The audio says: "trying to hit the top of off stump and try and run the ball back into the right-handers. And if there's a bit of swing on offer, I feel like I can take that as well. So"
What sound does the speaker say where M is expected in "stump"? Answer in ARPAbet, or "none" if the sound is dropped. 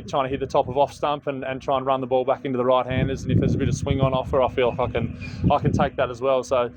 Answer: M